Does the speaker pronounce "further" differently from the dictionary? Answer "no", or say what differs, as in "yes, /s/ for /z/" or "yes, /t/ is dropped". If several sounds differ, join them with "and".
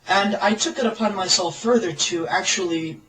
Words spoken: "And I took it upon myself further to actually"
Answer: no